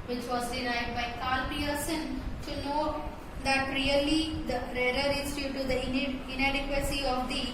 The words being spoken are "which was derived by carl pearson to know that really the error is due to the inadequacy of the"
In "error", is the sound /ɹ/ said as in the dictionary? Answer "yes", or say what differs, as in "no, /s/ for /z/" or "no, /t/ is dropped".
no, /l/ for /ɹ/